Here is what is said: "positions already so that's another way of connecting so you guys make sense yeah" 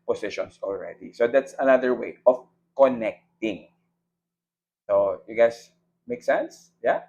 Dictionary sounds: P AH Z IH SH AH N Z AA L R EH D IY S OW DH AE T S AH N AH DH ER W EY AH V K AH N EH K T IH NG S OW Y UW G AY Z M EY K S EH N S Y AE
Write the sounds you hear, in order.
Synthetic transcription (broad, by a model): P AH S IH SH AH N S AA L R EH D IY S OW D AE T S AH N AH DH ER W EY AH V K AH N EH K T IH NG S OW Y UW G AY S M EY K S EH N S Y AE